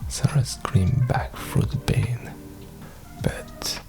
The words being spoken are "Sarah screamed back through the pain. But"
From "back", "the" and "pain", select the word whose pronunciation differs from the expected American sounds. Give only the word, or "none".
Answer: pain